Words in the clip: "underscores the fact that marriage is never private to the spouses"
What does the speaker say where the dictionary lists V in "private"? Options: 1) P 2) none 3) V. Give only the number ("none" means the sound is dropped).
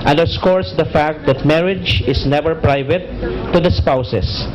3